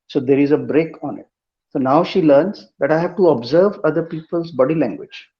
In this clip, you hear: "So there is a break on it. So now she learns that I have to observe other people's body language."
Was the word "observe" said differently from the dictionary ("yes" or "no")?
no